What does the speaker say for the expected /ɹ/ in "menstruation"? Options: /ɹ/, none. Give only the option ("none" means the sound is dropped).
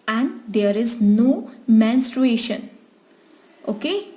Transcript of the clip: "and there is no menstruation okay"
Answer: /ɹ/